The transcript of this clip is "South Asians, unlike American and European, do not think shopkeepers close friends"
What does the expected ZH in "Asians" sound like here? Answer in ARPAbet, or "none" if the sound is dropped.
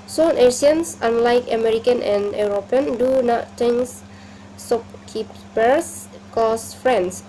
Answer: S